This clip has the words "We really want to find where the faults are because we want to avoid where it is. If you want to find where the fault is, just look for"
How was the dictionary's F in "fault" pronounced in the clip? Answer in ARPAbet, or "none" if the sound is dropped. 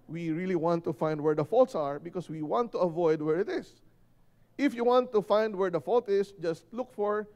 F